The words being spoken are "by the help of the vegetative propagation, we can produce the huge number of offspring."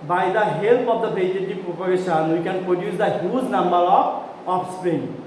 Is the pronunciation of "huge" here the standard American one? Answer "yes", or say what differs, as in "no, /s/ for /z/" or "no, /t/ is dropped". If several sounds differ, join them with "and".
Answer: no, /z/ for /dʒ/